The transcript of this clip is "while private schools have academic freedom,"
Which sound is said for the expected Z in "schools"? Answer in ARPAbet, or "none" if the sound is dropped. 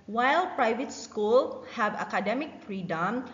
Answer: none